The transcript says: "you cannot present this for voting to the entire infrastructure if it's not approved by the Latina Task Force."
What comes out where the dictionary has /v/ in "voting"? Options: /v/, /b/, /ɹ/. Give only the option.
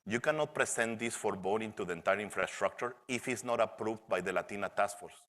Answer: /b/